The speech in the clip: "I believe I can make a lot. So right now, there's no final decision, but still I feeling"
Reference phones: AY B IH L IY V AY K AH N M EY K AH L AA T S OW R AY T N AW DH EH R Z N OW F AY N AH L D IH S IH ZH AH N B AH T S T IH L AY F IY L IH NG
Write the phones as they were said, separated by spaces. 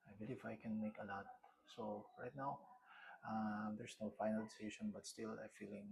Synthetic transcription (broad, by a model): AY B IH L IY F AY K AH N M EY K AH L AA T S OW R AY T N AW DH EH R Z N OW F AY N AH L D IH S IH SH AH N B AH T S T IH L AY F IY L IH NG